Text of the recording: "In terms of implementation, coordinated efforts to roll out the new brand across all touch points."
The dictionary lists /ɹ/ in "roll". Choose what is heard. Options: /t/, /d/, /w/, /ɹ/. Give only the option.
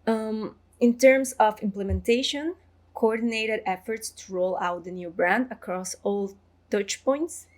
/ɹ/